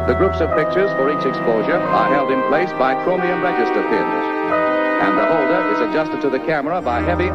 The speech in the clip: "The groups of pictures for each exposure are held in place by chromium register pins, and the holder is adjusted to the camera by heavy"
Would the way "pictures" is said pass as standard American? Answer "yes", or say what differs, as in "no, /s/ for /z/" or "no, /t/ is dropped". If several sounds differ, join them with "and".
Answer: yes